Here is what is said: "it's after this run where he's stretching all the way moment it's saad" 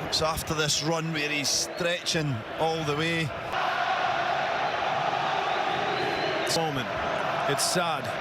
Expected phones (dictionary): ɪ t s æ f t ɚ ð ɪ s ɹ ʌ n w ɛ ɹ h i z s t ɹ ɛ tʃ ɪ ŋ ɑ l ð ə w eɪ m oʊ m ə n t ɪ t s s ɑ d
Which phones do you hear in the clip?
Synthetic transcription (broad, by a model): s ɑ f t ɚ ð ɪ s ɹ ʌ n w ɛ ɹ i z s t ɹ ɛ tʃ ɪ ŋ ɑ l ð ə w eɪ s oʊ m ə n ɪ t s s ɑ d